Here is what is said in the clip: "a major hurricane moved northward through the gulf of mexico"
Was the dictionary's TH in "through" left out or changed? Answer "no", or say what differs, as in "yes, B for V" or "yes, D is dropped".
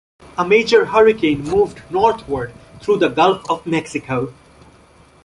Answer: yes, T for TH